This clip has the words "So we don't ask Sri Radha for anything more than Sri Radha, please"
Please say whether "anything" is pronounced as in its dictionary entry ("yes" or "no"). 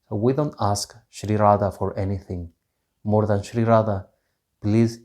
yes